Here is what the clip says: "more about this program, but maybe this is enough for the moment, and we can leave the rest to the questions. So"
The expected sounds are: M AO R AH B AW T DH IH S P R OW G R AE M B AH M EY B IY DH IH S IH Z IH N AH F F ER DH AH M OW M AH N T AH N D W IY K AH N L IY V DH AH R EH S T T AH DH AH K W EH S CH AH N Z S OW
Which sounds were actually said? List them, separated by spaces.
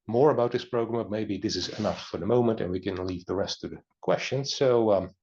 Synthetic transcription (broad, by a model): M AO R AH B AW T DH IH S P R OW G R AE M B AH M EY B IY DH IH S IH Z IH N AH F F ER DH AH M OW M AH N T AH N W IY K AH N L IY V DH AH R EH S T T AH DH AH K W EH S CH AH N Z S OW